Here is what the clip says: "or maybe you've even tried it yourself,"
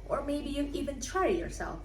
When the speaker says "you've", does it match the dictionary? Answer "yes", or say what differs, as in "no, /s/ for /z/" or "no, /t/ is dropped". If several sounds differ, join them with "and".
no, /v/ is dropped